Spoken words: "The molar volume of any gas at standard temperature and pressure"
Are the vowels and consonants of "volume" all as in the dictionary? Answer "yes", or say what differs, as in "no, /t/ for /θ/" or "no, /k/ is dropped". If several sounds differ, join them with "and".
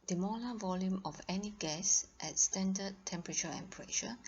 yes